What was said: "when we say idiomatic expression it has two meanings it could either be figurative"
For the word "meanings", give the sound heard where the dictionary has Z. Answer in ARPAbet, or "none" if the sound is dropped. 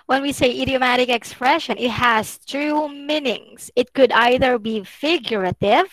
S